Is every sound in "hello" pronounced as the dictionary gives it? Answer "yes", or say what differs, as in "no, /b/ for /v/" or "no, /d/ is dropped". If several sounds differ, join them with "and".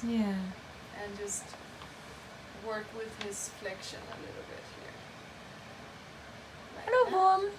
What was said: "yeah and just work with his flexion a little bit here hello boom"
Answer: no, /l/ is dropped